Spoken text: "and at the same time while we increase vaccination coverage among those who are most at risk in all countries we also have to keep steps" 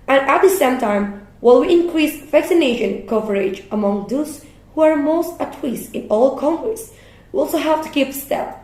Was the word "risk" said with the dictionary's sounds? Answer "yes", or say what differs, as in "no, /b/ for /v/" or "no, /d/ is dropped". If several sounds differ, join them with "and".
no, /k/ is dropped